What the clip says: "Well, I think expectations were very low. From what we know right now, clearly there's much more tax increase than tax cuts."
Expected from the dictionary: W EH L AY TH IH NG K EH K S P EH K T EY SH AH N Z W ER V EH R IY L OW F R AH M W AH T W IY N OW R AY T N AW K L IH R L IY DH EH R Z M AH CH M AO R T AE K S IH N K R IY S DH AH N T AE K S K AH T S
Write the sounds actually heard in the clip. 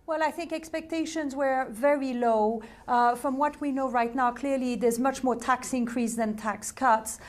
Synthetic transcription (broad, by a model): W EH L AY TH IH NG K EH K S P EH K T EY SH AH N Z W ER V EH R IY L OW F R AH M W AH T W IY N OW R AY T N AW K L IH R L IY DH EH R Z M AH CH M AO R T AE K S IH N K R IY S DH AH N T AE K S K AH T S